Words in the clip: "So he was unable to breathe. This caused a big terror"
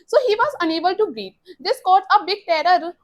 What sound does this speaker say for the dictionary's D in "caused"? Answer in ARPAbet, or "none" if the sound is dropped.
none